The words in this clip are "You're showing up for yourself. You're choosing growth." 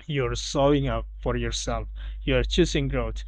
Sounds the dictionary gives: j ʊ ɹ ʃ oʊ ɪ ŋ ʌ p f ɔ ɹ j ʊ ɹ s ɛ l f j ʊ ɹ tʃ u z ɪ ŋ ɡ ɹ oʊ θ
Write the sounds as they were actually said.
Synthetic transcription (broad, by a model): j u ɹ s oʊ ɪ ŋ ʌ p f ɔ ɹ j ʊ ɹ s ɛ l f j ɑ ɹ tʃ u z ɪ ŋ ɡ ɹ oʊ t